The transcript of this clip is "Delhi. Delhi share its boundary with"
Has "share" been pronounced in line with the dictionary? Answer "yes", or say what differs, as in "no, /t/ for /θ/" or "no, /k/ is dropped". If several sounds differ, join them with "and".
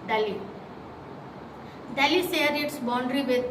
no, /s/ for /ʃ/